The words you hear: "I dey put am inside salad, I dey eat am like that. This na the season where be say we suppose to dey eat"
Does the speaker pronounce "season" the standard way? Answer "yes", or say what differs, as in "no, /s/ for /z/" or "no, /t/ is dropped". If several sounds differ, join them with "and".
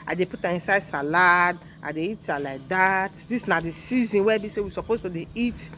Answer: yes